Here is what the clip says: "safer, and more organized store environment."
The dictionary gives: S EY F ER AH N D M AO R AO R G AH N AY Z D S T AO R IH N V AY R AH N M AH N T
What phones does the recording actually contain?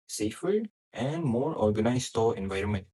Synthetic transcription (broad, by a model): S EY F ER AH L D M AO R AO R G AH N AY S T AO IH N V AY R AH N M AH N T